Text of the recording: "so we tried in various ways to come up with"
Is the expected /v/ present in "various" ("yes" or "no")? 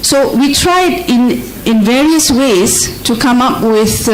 yes